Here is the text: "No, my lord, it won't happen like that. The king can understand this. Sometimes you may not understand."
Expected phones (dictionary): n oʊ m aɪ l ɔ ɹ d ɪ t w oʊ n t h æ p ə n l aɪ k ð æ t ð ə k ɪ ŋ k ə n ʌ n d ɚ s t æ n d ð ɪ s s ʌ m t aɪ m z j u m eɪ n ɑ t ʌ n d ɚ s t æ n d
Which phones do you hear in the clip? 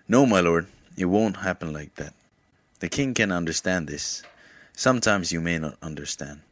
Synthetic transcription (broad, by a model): n oʊ m aɪ l ɔ ɹ d ɪ t w oʊ n t h æ p ə n l aɪ k ð æ t ð ə k ɪ ŋ k ə n ʌ n d ɚ s t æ n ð ɪ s s ʌ m t aɪ m z j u m eɪ n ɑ t ʌ n d ɚ s t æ n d